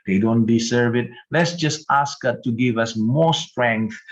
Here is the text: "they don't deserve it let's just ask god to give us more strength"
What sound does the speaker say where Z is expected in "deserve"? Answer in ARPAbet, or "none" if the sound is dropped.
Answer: S